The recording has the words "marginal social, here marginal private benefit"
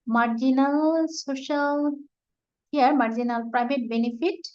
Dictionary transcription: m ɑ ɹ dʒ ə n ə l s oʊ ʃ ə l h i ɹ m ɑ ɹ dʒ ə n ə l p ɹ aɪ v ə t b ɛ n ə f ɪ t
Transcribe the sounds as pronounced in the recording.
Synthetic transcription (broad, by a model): m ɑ ɹ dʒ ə n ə l s oʊ ʃ ə l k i ɹ m ɑ ɹ dʒ ə n ə l p ɹ aɪ b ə t b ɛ n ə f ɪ t